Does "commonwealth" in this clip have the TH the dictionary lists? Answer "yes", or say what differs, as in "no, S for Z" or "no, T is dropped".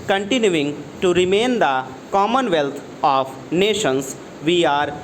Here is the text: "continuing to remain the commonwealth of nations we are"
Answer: no, T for TH